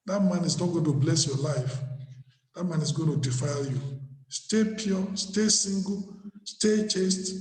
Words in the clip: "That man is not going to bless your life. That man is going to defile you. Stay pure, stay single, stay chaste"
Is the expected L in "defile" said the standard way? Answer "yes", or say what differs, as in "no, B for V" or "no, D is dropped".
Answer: yes